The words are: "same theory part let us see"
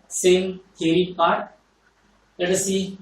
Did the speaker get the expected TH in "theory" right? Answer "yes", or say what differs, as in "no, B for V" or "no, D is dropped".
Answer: no, T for TH